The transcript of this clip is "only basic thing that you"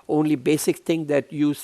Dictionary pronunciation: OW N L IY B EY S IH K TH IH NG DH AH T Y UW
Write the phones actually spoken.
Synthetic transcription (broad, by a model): OW N L IY B EY S IH K T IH NG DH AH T Y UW